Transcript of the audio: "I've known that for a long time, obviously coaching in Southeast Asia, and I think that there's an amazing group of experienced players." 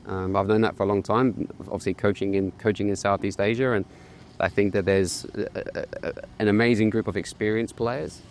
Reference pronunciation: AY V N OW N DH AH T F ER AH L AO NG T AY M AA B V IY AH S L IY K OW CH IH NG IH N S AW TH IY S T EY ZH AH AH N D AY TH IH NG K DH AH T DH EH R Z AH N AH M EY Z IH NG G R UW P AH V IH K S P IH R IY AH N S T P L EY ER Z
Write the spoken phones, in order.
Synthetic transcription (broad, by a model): AY V N OW N DH AH T F ER AH L AO NG T AY M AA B V IY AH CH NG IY K OW CH IH NG IH N S AW TH IY S T EY ZH AH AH N AY TH IH NG K DH AH T DH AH R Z AH N AH M EY Z IH NG G R UW P AH V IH K S P IH R IY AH N S P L EY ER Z